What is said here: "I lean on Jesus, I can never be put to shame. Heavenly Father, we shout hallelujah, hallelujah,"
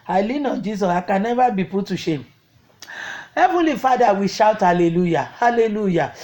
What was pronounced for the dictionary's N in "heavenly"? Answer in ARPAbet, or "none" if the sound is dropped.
none